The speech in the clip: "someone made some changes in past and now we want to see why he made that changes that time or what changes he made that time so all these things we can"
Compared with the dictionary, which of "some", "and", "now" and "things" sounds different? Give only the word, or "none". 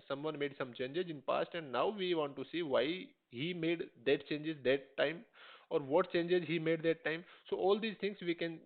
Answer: things